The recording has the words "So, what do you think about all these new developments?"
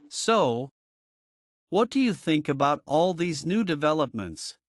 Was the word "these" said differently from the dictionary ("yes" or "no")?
no